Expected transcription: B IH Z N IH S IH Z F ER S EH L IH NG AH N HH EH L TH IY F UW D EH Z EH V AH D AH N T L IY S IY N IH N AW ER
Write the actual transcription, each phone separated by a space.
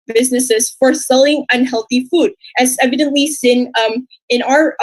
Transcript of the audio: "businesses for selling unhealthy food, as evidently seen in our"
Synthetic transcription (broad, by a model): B IH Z N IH S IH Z F ER S EH L IH NG AH N HH EH L TH IY F UW D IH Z EH V AH D AH N T L IY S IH N IH N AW ER